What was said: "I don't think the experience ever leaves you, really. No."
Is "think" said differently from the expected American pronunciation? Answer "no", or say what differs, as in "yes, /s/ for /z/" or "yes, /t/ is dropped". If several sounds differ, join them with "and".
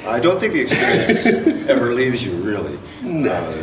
no